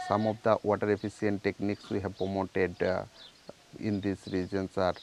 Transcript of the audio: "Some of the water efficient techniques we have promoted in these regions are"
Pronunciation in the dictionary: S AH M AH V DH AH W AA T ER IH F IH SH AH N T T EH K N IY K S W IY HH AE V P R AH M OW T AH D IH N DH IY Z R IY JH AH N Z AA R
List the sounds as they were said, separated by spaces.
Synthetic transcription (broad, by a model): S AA M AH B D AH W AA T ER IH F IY S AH N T T EH K N IY K S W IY HH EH B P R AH M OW T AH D IH N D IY S R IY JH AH N S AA R